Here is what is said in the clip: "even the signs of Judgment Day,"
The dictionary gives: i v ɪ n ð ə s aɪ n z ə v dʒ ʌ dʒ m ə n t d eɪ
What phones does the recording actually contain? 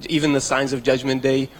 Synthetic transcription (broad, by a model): i v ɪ n ð ə s aɪ n z ə v dʒ ʌ dʒ m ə n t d eɪ